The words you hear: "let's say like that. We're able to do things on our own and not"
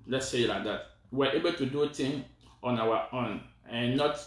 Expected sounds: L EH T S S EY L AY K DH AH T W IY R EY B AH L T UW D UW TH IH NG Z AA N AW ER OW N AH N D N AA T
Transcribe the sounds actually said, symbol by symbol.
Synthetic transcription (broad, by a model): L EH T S S EY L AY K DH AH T W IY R EY B AH L T UW D UW T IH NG AA N AW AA OW N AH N N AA T